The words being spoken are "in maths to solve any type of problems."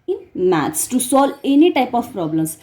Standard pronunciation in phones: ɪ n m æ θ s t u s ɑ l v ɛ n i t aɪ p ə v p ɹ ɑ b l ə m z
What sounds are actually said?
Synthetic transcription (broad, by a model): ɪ n m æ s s t u s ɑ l ɛ n i t aɪ p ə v p ɹ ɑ b l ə m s